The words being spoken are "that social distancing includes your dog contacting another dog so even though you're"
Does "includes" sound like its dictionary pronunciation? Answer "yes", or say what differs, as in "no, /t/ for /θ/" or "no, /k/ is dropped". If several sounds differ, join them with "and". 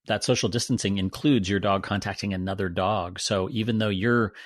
yes